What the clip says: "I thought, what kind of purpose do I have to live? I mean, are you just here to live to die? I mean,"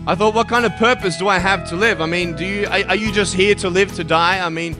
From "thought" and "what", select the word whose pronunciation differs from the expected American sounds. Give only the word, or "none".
none